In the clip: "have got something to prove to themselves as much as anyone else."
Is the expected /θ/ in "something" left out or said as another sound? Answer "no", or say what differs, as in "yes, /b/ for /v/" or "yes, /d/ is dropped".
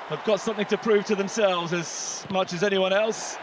no